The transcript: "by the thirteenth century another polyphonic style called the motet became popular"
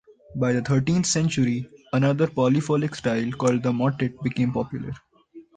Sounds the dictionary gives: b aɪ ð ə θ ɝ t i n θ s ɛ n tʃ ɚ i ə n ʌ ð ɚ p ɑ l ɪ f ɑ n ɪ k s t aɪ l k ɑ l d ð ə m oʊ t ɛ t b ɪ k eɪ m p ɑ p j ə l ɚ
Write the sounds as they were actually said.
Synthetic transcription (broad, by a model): b aɪ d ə t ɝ t i n t s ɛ n tʃ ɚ i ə n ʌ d ɚ p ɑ l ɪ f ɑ l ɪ k s t aɪ l k ɑ l d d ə m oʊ t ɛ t b ɪ k eɪ m p ɑ p j ə l ɚ